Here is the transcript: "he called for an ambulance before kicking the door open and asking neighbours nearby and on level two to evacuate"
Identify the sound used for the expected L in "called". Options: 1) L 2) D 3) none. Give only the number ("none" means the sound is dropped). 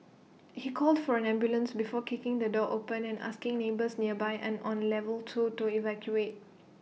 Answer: 1